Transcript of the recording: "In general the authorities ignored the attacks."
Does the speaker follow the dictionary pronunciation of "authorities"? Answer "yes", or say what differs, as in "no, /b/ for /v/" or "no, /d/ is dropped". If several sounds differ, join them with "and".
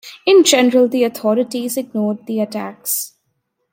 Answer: no, /t/ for /θ/